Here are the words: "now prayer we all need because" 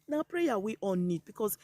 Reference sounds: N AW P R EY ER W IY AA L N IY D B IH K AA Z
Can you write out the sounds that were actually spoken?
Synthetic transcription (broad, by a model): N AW P R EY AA W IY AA N N IY D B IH K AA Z